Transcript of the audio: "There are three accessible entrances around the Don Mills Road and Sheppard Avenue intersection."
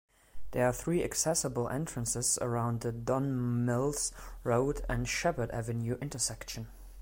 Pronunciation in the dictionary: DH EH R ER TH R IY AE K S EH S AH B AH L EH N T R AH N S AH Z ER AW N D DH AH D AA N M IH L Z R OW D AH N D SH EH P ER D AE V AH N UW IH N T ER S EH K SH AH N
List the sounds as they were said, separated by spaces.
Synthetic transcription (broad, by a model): DH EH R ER TH R IY AE K S EH S AH B AH L EH N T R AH N S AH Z ER AW N D DH AH D AA N M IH L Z R OW D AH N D SH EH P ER D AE V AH N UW IH N T ER S EH K SH AH N